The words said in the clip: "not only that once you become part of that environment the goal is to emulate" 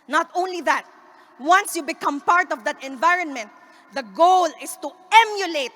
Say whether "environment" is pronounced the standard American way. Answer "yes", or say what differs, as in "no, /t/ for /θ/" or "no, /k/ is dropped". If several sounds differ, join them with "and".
yes